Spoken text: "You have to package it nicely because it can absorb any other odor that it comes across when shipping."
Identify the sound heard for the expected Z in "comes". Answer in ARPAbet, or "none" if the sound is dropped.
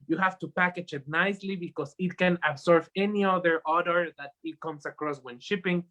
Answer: S